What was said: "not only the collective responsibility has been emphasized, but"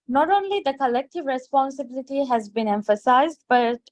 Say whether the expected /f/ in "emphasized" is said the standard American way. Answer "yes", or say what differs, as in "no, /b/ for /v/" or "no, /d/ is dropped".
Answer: yes